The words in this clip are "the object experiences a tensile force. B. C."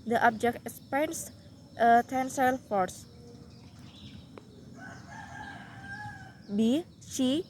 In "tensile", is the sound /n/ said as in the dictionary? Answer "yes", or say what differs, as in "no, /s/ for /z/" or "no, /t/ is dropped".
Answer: yes